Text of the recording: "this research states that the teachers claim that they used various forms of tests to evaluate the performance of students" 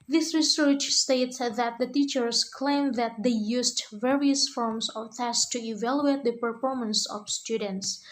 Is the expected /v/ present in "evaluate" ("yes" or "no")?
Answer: yes